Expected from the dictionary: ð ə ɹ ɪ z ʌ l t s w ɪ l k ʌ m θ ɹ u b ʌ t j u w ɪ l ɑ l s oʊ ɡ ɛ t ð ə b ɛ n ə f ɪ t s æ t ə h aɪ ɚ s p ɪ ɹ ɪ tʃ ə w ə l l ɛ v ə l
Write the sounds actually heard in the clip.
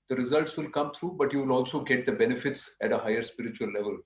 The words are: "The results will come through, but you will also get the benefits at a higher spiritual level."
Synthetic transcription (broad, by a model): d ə ɹ ɪ z ʌ l t s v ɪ l k ʌ m t ɹ u b ʌ t j u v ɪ l ɑ l s oʊ ɡ ɛ t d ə b ɛ n ə f ɪ t s æ t ə h aɪ ɚ s p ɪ ɹ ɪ tʃ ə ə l l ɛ v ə l